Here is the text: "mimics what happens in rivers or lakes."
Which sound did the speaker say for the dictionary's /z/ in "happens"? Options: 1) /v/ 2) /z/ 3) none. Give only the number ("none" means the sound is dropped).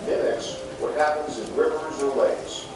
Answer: 2